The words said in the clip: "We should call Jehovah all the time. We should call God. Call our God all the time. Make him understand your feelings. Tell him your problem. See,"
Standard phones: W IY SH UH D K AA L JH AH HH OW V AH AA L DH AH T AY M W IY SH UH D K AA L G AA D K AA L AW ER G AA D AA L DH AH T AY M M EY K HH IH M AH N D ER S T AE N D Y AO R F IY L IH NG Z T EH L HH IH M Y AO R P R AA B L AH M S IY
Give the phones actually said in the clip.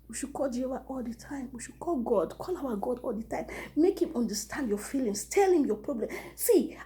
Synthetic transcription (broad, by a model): W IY SH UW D K AA L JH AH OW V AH AA L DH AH T AY M W IY SH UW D K AA L G AA D K AA L AW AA G AA D AA L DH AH T AY M M EY K HH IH M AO N D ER S T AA N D Y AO F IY L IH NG S T EH L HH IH M Y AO P R AA B L AH M S IY